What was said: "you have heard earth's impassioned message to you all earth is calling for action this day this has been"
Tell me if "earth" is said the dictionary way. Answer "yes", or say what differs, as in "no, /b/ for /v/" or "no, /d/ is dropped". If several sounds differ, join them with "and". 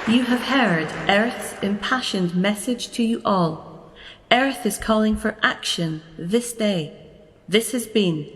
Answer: yes